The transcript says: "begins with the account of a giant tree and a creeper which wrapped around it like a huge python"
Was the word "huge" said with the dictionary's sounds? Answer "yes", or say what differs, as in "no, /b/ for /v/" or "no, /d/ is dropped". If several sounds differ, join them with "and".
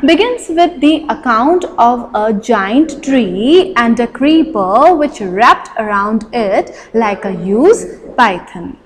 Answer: no, /z/ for /dʒ/